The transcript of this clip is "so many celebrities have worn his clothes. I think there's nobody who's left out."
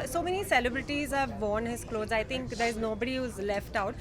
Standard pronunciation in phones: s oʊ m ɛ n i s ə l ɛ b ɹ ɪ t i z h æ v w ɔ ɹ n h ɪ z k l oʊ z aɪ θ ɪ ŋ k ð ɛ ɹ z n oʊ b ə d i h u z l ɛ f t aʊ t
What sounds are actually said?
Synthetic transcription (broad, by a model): s oʊ m ɛ n i s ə l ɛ b ɹ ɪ t i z h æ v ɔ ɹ n h ɪ z k l oʊ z aɪ t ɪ ŋ k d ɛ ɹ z n oʊ b ə d i h u z l ɛ f t aʊ t